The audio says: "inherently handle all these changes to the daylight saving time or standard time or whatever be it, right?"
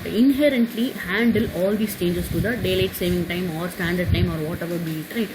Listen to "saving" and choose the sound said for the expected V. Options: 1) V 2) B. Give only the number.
1